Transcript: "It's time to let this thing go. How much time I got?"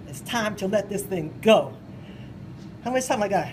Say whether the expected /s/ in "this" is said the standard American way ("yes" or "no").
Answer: yes